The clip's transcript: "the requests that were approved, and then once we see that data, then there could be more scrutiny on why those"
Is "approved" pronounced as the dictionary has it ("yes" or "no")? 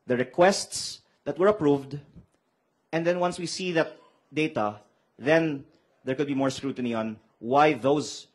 yes